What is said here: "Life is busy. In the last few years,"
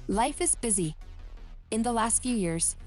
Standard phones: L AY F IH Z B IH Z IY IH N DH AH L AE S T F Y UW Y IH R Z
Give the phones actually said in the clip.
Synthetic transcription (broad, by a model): L AY F IH Z B IH Z IY IH N DH AH L AE S T F Y UW Y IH R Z